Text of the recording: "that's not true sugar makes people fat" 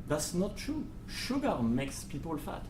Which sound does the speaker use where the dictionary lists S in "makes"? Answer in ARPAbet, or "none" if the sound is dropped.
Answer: S